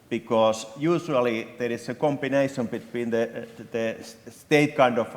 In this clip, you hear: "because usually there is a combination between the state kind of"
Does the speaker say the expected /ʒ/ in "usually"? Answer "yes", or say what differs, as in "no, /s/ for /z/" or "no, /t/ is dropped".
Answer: no, /s/ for /ʒ/